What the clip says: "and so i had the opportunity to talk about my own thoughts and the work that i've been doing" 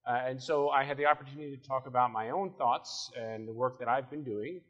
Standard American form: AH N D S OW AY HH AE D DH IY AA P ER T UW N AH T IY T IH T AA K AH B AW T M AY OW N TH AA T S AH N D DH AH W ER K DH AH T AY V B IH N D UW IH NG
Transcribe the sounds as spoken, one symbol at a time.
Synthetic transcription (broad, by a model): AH N S OW AY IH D DH IY AA P ER T UW N AH T IY T IH T AA K AH B AW T M AY OW N TH AA T S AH N DH AH W ER K DH AH T AY V B IH N D UW IH NG